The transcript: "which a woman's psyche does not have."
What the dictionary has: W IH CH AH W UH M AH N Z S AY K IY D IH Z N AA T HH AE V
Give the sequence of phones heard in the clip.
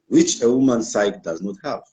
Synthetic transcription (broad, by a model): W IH CH AH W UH M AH N S AY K D IH Z N AA T HH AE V